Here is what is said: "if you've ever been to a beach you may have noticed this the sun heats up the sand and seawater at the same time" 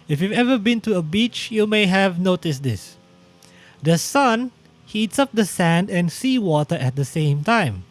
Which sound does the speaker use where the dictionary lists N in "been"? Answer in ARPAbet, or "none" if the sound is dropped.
N